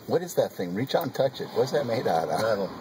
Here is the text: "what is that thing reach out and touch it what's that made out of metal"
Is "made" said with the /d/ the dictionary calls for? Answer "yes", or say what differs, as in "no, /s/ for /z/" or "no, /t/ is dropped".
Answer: no, /d/ is dropped